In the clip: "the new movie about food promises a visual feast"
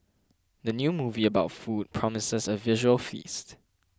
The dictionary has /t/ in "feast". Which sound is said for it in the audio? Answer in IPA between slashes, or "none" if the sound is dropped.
/t/